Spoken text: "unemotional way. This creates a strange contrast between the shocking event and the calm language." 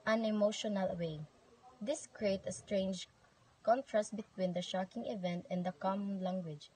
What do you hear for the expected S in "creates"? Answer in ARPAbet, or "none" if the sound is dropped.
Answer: none